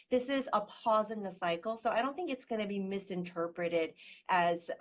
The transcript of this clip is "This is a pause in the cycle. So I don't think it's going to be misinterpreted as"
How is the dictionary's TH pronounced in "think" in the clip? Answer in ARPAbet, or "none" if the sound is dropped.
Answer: TH